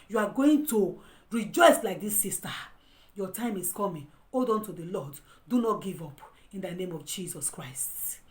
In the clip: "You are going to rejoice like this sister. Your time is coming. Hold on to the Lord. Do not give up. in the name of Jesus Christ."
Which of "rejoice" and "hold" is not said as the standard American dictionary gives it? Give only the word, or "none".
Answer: hold